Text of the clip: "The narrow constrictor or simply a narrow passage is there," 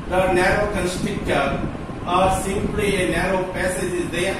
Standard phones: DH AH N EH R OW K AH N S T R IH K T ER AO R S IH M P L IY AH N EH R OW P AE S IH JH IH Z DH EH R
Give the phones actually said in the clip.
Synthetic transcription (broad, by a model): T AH N EH R OW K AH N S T IH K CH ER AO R S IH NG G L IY AH N EH R OW P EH S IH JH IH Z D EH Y